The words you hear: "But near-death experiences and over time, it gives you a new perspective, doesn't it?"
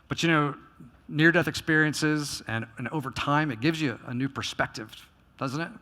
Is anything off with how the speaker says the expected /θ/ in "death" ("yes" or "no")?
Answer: no